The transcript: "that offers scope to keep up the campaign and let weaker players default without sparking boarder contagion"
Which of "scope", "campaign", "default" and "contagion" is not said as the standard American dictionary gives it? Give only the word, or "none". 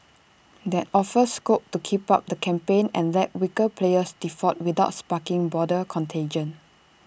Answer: default